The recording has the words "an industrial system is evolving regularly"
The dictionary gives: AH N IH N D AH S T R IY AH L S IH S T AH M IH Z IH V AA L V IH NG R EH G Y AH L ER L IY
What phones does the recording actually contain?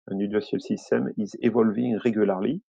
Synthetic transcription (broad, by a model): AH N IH D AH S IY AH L S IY S T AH M IH Z IH V AA L V IH NG R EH G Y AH L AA L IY